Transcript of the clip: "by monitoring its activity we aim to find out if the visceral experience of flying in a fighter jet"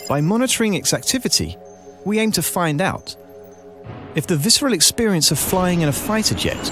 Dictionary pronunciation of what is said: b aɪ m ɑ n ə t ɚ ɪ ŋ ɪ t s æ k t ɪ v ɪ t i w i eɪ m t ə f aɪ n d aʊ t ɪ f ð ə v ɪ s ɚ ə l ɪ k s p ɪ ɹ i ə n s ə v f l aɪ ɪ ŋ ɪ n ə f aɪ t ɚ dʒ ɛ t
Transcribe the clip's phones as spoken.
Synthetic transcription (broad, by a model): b aɪ m ɑ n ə t ɚ ɪ ŋ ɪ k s æ k t ɪ v ɪ t i w i eɪ m t ə f aɪ n d aʊ t ɪ f ð ə v ɪ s ɚ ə l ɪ k s p ɪ ɹ i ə n s ə v f l aɪ ɪ ŋ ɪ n ə f aɪ t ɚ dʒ ɛ t